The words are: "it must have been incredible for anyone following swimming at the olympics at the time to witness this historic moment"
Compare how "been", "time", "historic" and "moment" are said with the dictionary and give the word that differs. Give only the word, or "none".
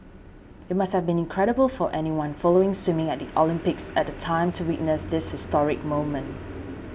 none